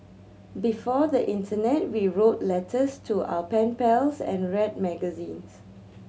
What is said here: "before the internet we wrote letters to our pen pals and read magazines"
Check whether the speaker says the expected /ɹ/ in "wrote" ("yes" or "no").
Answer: yes